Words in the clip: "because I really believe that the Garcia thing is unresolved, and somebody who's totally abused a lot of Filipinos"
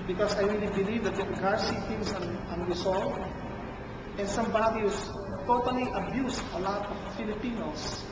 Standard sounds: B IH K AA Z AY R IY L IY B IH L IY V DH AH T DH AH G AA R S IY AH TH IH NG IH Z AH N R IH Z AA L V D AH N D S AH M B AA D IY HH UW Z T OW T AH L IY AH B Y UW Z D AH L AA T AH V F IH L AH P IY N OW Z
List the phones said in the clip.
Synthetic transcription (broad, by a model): B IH K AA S AY R IY L IY B IH L IY V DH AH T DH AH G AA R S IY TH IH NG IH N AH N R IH S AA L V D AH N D S AH M B AA D IY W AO S T OW T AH L IY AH B Y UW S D AH L AA T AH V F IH L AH P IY N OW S